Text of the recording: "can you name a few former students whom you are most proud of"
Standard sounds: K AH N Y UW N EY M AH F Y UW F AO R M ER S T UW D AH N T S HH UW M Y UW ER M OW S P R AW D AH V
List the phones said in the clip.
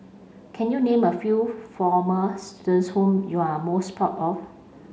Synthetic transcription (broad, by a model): K AH N Y UW N EY M AH F Y UW F AO M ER S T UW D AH N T S HH UW M Y UW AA M OW S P AW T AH F